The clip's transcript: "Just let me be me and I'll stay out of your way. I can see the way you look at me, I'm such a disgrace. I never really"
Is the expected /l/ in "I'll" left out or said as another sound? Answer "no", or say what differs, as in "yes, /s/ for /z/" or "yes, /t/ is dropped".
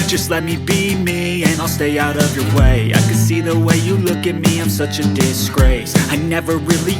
no